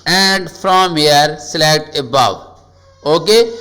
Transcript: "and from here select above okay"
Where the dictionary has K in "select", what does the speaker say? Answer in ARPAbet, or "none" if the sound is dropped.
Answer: none